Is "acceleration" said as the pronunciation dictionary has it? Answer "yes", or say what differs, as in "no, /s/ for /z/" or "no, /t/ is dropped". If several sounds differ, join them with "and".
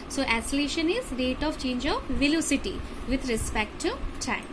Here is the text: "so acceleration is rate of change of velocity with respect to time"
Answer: no, /k/ is dropped